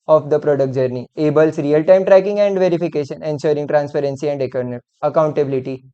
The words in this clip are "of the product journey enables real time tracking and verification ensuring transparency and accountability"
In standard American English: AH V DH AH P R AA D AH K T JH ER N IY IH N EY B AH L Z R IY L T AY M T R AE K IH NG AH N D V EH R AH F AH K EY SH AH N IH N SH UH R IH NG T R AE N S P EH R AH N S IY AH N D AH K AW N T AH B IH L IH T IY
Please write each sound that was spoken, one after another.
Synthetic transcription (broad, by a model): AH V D AH P R AA D AH K T JH ER N IY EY B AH L S R IY L T AY M T R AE K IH NG AH N D V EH R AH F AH K EY SH AH N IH N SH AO R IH NG T R AE N S P EH R AH N S IY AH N D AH K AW N T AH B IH L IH T IY